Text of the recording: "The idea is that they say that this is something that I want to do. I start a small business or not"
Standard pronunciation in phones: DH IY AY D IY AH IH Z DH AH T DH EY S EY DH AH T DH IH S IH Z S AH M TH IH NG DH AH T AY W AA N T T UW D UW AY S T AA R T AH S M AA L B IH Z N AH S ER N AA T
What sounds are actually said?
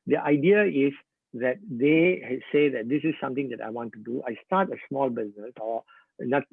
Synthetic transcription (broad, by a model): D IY AY D IY AH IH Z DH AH T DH EY S EY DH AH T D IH S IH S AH M T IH NG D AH T AY W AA N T T UW D UW AY S T AA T AH S M AA L B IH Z N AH S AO N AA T